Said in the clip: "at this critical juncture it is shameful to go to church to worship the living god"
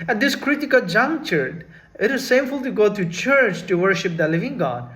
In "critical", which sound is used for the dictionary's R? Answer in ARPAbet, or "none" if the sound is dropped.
R